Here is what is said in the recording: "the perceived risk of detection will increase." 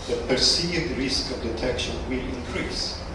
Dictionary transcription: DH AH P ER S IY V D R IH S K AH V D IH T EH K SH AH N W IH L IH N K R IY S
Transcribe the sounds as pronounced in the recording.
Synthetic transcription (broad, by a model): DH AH P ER S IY D R IH S K AH V D IH T EH K SH AH N W IH L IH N K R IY S